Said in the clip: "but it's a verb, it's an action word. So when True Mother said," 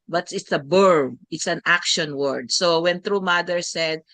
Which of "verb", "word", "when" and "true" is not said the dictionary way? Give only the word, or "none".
verb